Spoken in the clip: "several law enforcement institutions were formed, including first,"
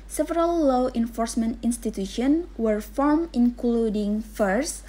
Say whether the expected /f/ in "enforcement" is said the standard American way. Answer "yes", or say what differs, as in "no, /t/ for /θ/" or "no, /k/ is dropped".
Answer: yes